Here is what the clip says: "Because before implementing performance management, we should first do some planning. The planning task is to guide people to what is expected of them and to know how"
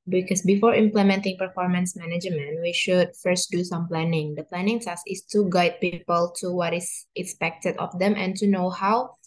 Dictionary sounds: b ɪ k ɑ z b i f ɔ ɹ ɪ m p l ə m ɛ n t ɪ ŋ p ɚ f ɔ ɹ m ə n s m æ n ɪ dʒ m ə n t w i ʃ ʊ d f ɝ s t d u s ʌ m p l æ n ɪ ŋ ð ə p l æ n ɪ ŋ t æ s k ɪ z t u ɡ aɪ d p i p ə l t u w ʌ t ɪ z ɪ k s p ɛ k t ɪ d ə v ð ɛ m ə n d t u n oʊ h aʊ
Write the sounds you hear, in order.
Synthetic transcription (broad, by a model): b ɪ k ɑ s b i f ɔ ɹ ɪ m p l ə m ɛ n t ɪ ŋ p ɚ f ɔ ɹ m ə n s m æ n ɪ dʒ m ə n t w i ʃ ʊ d f ɝ s t d u s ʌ m p l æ n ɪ ŋ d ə p l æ n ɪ ŋ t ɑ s ɪ s t u ɡ aɪ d p i p ə l t u w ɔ t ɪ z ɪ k s p ɛ k t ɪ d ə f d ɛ m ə n t u n oʊ h aʊ